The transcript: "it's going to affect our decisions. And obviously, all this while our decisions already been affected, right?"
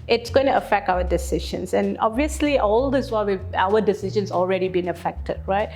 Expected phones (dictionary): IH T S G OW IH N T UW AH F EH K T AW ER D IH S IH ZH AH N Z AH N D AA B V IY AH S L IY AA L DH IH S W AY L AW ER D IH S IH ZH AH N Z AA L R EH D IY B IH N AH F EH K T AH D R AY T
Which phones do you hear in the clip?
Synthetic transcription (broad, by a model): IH T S G OW IH N T UW AH F EH K T AW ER D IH S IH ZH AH N S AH N AA B V IY AH S L IY AA L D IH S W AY W AW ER D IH S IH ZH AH N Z AA L R EH D IY B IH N AH F EH K T AH D R AY T